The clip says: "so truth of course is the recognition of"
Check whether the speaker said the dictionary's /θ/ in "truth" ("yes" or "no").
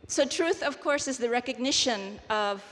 yes